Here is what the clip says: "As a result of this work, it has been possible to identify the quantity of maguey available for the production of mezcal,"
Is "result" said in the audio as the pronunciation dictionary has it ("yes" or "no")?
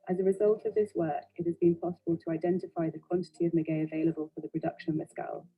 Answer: yes